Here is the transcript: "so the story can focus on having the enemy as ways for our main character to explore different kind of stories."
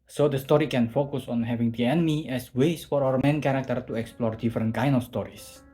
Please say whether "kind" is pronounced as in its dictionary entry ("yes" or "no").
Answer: no